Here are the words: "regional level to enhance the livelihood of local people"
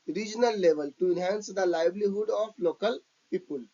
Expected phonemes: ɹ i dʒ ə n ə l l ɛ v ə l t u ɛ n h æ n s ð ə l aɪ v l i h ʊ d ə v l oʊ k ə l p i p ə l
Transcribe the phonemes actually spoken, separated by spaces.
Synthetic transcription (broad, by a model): ɹ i dʒ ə n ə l l ɛ v ə l t u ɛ n h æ n s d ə l aɪ b l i h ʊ d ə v l oʊ k ə l p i p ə l